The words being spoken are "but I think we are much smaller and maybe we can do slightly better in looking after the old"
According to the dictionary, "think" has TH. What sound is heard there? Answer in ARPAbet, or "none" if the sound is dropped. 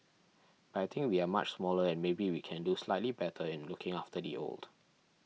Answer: T